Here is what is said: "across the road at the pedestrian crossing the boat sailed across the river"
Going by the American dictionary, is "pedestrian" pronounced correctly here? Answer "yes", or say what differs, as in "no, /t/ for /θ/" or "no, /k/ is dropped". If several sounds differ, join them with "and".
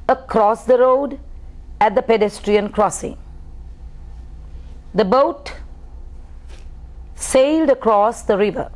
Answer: yes